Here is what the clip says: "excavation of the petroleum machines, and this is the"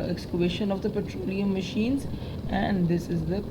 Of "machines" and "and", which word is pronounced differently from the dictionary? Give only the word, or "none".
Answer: none